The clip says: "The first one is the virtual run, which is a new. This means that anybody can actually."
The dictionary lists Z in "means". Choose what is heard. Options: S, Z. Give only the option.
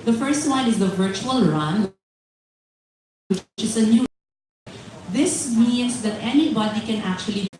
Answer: S